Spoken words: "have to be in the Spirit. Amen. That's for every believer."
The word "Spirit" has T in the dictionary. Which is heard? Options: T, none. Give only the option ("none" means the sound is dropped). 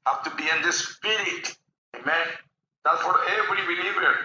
T